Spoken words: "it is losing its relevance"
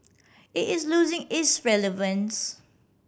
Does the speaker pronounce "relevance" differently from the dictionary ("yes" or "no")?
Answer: no